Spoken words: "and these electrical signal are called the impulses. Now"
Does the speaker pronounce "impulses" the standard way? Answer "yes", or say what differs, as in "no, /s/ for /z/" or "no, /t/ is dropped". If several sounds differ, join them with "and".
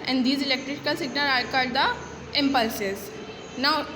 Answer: yes